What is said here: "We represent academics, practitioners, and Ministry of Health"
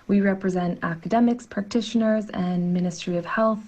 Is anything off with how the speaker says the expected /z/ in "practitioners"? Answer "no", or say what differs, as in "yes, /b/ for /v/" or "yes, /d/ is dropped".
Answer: no